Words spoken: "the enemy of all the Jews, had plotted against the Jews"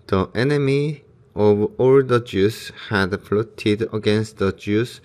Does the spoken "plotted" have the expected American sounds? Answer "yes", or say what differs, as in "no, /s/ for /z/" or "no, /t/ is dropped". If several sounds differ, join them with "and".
no, /f/ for /p/